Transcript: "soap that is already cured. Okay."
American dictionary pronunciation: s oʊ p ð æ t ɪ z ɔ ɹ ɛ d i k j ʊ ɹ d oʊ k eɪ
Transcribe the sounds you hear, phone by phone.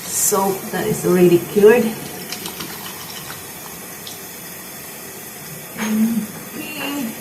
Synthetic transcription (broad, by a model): s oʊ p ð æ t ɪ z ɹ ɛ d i k j ʊ ɹ d